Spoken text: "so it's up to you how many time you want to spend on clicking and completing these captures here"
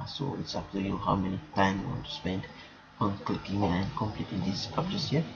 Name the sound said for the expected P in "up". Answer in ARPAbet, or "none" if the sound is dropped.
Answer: F